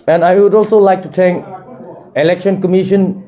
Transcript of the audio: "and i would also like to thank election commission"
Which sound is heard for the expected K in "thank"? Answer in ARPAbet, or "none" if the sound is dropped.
none